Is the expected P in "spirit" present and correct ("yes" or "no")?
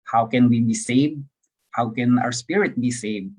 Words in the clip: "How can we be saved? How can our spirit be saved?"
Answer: yes